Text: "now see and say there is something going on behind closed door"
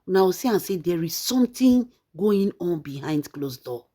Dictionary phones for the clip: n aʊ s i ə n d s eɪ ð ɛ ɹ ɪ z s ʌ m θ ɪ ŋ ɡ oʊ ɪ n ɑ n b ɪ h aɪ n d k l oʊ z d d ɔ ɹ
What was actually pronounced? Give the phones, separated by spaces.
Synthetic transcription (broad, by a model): n aʊ s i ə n s eɪ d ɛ ɹ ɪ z s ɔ m t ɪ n ɡ oʊ ɪ n ɑ n b ɪ h aɪ n d k l oʊ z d d ɔ